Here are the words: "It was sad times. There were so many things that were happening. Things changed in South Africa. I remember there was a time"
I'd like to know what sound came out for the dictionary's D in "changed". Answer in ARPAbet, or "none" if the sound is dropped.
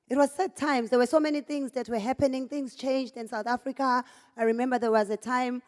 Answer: D